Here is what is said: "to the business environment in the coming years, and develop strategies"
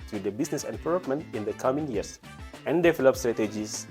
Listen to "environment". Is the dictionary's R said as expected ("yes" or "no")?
no